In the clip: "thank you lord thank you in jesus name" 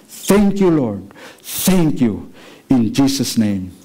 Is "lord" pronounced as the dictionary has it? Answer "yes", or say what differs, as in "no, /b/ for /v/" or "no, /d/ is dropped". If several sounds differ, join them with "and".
yes